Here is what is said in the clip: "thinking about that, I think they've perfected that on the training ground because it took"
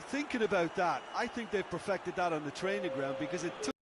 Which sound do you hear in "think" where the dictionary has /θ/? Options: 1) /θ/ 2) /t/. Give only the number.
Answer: 1